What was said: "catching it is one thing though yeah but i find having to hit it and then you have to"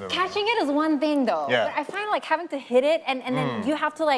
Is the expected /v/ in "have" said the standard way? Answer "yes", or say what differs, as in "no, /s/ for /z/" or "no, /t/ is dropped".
no, /f/ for /v/